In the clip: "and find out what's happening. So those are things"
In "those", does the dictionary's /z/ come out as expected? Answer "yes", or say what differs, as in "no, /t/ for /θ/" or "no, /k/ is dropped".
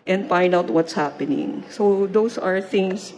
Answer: no, /s/ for /z/